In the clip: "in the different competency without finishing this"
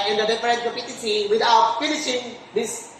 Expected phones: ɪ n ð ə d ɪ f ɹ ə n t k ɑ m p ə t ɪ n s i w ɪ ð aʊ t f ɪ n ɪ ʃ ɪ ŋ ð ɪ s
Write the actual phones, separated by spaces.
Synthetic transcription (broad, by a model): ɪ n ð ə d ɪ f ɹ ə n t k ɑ p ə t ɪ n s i w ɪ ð aʊ t f ɪ n ɪ ʃ ɪ ŋ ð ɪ s